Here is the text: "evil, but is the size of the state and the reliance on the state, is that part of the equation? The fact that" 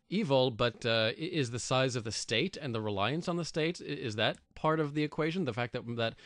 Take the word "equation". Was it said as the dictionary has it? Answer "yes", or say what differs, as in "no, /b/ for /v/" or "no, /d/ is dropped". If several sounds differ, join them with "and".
yes